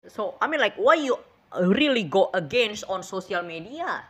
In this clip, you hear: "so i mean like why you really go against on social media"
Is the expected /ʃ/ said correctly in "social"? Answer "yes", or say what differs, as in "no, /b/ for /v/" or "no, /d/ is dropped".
no, /s/ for /ʃ/